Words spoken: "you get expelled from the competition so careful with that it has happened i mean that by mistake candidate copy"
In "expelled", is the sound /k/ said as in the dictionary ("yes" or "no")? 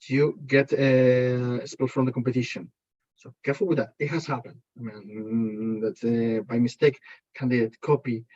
no